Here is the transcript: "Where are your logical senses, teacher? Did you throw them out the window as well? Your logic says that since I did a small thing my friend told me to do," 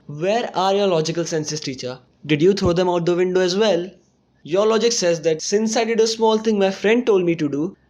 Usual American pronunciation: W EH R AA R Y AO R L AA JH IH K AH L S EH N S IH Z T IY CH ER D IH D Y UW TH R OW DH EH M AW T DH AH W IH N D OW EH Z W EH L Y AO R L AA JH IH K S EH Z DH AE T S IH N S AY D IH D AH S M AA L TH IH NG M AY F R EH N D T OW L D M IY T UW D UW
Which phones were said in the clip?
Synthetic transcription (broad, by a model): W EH R AA R Y AO R L AA JH IH K AH L S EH N S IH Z T IY CH ER D IH D Y UW T R OW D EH M AW T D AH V IH N D OW EH Z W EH L Y AO R L AA JH IH K S EH Z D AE T S IH N S AY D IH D AH S M AA L T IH NG M AY F R EH N D T OW L D M IY T UW D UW